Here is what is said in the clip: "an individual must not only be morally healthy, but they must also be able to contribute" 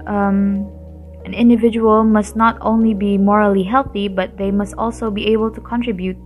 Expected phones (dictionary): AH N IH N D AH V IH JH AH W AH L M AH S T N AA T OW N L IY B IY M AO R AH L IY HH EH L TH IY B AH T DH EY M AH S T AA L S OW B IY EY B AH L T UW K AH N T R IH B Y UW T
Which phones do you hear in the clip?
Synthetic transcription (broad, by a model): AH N IH N D AH V IH JH AH W AH L M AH S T N AA T OW N L IY B IY M AO R AH L IY HH EH L TH IY B AH T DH EY M AH S T AA L S OW B IY EY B AH L T UW K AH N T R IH B Y UW T